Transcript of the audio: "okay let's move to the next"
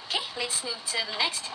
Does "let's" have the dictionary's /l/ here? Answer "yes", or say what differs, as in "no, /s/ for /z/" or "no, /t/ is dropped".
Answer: yes